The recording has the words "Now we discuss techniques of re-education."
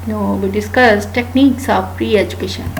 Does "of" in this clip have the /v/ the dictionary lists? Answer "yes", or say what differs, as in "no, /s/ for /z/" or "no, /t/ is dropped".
no, /p/ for /v/